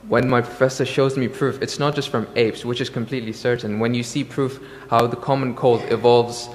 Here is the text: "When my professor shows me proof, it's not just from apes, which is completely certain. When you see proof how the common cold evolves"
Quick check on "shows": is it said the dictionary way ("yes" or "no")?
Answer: yes